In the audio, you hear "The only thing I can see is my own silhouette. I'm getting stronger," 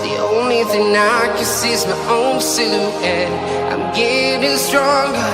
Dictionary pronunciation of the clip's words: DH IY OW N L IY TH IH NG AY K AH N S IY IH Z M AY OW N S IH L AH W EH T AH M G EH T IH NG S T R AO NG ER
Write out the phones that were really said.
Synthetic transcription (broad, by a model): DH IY OW N L IY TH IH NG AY K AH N S IY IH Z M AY OW N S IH AH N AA AH M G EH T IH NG S T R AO NG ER